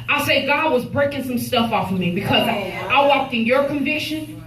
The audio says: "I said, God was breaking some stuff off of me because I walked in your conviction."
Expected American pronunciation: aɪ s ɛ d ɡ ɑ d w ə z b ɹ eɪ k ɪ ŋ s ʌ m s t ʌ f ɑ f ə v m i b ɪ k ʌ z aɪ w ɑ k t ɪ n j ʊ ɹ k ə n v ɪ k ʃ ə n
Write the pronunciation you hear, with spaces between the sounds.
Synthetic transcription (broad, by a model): aɪ s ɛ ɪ ɡ ɑ d w ə z b ɹ eɪ k ɪ ŋ s ʌ m s t ʌ f ɑ f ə m i b ɪ k ʌ z aɪ w ɑ k t ɪ n j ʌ ɹ k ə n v ɪ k ʃ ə n